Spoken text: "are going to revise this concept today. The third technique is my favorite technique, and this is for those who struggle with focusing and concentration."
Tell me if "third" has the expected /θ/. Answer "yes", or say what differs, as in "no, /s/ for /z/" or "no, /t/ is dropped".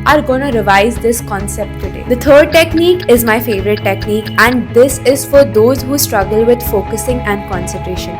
no, /t/ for /θ/